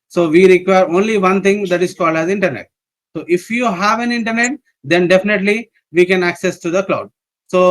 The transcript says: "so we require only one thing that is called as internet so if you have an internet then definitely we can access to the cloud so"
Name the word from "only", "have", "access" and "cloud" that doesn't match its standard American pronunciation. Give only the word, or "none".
none